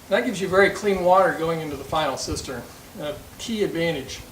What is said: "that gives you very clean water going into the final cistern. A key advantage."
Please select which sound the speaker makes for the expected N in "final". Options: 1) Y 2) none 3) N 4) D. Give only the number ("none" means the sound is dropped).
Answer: 2